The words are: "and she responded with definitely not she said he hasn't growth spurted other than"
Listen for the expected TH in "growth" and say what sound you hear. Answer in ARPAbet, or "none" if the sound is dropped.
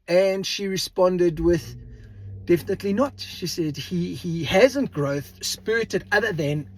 TH